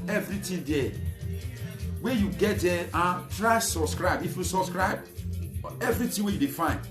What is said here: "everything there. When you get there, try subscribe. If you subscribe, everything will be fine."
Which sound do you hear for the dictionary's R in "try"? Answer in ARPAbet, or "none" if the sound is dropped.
R